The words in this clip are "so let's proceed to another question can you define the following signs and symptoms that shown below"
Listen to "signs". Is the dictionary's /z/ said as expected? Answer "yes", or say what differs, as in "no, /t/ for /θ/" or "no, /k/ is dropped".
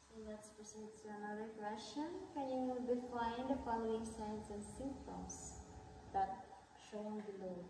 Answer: no, /s/ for /z/